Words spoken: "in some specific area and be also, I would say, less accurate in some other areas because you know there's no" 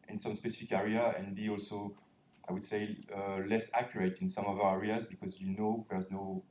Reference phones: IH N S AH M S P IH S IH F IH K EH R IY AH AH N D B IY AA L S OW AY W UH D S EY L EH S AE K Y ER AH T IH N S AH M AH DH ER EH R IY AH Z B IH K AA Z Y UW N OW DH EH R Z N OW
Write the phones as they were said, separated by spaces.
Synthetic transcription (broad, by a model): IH N S AH M S P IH S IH F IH K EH R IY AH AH N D B IY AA L S OW AY W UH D S EY L EH S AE K Y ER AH T IH N S AH M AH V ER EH R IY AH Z B IH K AA Z Y UW N OW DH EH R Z N OW